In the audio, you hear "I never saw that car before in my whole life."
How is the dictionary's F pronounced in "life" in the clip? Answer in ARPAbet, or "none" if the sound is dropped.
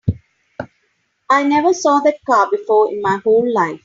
F